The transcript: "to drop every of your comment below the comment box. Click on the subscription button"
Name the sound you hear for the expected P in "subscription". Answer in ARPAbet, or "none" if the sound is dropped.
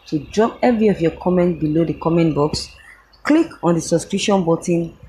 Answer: none